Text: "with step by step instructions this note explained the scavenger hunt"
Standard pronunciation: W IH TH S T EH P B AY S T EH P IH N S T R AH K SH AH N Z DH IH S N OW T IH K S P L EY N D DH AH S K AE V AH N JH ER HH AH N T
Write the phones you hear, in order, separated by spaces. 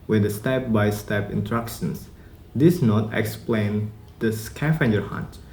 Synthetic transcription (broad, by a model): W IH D S T EH P B AY S T EH P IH N T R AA K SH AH N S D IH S N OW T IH K S P L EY N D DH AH S K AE F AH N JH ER HH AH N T